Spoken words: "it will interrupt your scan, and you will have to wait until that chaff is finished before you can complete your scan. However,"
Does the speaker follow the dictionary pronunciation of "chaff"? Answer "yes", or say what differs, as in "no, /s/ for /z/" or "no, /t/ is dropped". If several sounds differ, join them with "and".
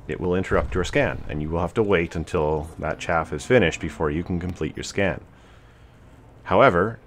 yes